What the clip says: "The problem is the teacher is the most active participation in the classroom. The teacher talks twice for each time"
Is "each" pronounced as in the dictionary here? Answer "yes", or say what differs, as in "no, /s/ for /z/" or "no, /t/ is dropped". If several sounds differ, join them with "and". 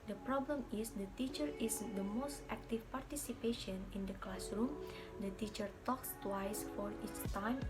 no, /s/ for /tʃ/